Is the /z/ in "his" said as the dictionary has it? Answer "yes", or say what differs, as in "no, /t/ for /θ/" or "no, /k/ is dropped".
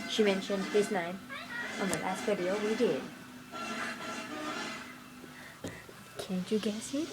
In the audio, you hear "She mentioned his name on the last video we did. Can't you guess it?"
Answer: no, /s/ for /z/